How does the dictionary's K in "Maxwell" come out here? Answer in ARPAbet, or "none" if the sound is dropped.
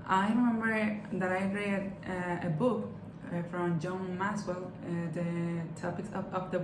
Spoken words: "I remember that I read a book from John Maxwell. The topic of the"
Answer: none